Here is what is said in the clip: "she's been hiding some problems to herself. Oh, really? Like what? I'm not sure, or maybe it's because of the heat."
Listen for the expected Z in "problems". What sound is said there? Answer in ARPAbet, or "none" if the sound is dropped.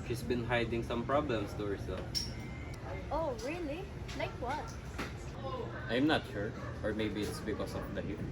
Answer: S